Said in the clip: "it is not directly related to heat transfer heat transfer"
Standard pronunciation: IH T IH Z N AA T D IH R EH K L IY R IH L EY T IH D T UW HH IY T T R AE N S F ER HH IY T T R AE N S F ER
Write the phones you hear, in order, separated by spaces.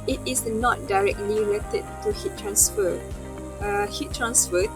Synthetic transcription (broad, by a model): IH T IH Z N AA T D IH R EH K L IY L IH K T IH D T UW HH IY T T R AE N S F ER HH IY T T R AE N S F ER